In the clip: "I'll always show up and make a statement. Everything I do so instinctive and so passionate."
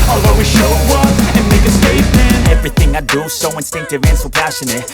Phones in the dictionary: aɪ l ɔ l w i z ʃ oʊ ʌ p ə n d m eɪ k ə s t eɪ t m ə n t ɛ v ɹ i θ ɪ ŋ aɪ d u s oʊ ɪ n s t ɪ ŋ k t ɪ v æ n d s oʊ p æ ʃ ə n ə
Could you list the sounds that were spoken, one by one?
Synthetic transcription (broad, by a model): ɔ l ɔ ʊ w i ʃ oʊ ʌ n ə n m eɪ k ə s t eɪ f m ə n ɛ v ɹ i θ ɪ ŋ aɪ d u s oʊ ɪ n s t ɪ ŋ k t ɪ v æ n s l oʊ p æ ʃ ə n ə